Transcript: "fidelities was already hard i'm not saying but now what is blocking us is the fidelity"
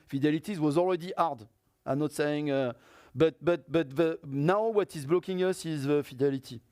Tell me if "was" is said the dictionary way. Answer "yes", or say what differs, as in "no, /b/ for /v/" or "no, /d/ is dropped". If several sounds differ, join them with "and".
yes